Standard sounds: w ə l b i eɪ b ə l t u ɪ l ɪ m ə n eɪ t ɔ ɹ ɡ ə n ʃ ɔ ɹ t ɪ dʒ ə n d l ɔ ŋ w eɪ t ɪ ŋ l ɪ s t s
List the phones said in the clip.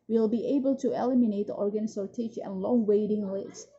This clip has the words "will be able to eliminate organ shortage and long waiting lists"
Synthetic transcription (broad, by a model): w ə l b i eɪ b ə l t u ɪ l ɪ m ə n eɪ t ɔ ɹ ɡ ə n s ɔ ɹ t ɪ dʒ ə n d l ɔ ŋ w eɪ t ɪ ŋ l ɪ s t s